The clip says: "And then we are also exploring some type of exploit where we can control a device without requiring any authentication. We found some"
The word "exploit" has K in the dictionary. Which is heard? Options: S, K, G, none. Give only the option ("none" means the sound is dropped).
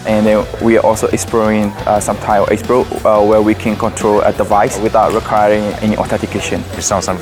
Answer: none